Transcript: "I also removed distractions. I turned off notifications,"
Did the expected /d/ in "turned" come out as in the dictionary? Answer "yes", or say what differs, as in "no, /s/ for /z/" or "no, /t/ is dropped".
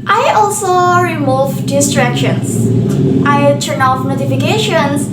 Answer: no, /d/ is dropped